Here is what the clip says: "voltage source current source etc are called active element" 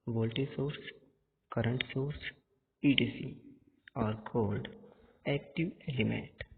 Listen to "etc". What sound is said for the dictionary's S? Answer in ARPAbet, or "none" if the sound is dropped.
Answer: none